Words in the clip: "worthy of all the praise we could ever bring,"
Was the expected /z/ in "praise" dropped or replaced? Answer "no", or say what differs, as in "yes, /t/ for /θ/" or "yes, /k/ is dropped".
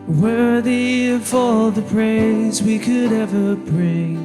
no